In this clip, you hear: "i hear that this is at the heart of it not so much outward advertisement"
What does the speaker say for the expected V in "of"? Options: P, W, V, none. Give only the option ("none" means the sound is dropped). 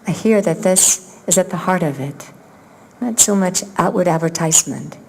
V